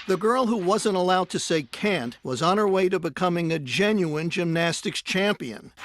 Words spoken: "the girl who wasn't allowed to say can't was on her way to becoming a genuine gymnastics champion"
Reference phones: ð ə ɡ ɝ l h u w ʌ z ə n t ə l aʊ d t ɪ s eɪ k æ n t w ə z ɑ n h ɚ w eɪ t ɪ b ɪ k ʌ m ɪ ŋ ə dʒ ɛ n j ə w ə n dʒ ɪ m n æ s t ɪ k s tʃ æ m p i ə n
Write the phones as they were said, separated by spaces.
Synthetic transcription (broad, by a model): ð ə ɡ ɝ l h u w ʌ z ə n t ə l aʊ d t ɪ s eɪ k æ n t w ə z n ɚ w eɪ t ɪ b ɪ k ʌ m ɪ ŋ ə dʒ ɛ n j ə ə n dʒ ɪ m n æ s t ɪ k s tʃ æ m p i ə n